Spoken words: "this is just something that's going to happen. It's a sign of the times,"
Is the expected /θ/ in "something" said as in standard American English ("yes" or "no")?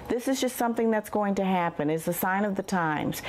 yes